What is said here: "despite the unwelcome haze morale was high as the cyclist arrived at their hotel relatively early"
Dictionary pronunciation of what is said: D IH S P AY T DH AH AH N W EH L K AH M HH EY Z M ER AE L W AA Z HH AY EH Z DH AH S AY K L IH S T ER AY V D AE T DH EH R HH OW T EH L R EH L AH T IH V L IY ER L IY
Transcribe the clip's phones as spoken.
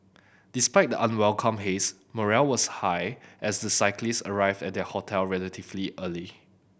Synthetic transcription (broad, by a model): D IH S P AY T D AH AH N W EH L K AH M HH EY S M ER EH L W AA S HH AY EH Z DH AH S AY K L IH S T ER AY V D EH T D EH HH OW T EH L R EH L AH T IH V L IY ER L IY